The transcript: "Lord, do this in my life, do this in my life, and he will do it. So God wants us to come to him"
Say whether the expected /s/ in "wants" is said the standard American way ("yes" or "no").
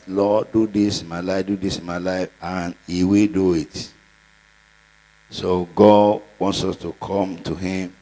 yes